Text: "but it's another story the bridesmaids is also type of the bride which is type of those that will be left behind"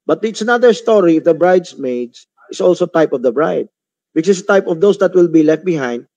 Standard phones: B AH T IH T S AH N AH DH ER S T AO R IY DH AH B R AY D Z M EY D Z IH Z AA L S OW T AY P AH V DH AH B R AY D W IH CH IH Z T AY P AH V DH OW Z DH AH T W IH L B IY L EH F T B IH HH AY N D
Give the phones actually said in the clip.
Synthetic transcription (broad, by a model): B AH T IH T S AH N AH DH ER S T AO R IY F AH B R AY D S M EY D S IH S AA L S OW T AY P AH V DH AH B R AY D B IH S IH S T AY P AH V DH OW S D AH T W IH L B IY L EH F T B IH HH AY N D